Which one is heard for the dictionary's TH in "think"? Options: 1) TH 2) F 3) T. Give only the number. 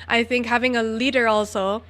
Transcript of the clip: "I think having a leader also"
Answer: 1